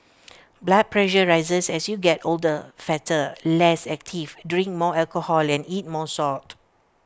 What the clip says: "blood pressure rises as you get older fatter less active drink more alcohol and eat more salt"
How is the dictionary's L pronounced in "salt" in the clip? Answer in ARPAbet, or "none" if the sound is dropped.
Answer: none